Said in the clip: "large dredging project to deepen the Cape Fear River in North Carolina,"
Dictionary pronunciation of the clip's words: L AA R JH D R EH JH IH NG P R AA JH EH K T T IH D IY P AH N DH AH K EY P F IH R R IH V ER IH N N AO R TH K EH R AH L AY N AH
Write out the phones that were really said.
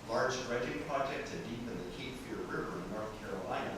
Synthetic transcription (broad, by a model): L AA R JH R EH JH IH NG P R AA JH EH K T S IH D IY P AH N DH AH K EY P F IH R R IH V ER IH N N AO R TH K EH R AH L AY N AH